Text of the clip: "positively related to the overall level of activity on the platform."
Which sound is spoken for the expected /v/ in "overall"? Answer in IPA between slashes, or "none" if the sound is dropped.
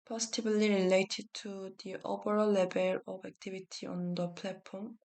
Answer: /p/